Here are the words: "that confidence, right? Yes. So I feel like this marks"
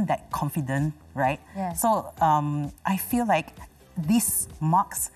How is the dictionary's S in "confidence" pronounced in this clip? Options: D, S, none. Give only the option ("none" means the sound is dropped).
none